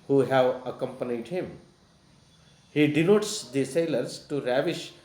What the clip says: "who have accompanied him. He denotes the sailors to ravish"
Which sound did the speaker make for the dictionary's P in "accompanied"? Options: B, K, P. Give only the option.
P